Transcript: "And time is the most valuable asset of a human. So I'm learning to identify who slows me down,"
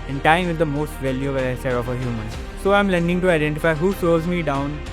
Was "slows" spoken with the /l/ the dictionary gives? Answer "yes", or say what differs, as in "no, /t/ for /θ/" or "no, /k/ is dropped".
no, /l/ is dropped